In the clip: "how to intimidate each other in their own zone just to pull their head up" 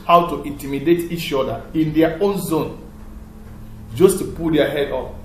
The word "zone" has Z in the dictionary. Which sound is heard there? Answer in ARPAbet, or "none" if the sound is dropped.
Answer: Z